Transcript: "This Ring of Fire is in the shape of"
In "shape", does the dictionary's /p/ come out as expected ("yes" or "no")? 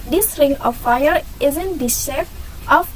no